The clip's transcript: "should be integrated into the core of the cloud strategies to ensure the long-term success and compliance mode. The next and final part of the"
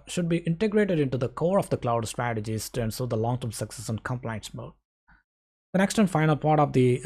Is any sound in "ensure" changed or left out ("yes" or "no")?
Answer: yes